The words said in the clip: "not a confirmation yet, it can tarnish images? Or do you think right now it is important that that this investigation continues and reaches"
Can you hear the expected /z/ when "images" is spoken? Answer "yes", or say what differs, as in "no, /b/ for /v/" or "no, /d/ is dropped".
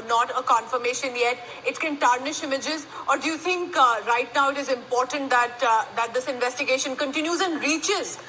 yes